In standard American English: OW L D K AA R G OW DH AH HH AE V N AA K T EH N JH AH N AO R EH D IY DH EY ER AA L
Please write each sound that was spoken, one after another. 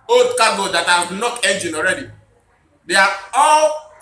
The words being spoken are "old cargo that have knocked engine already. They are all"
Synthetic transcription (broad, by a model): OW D K AA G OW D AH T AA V N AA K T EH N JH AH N AO R EH D IY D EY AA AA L